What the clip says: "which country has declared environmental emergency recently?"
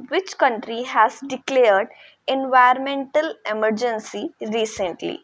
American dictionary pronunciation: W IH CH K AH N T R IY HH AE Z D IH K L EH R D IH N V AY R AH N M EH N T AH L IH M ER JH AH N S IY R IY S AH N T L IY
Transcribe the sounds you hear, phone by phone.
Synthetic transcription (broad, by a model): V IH CH K AH N T R IY HH AE Z D IH K L EH R D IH N V AY AH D M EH N T AH L IH M ER JH AH N S IY R IY S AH N T L IY